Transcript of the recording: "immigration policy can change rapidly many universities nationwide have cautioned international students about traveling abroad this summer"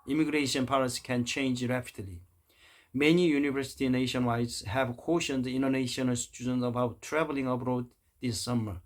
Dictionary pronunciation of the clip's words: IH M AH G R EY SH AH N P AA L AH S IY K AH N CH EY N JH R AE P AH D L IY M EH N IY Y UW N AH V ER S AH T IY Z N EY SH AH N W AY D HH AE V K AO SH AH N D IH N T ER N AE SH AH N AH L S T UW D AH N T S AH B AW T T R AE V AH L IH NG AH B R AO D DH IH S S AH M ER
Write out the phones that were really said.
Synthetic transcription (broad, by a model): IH M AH G R EY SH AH N P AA W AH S K AH N CH EY N JH R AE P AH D L IY M EH N IY Y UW N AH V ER S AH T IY N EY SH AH N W AY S HH AE V K AO SH AH N D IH N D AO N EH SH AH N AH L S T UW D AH N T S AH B AW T T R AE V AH L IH NG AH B R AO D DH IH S S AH M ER